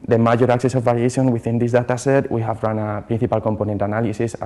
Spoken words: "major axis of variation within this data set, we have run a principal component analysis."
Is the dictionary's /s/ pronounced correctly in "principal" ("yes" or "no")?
no